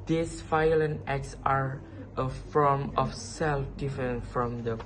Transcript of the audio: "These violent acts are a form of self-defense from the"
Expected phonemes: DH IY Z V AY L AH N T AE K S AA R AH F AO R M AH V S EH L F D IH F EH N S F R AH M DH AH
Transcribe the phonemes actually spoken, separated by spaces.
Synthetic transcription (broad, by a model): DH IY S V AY L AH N AE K S AA R AH F AO R M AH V S EH L F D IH F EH N F R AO M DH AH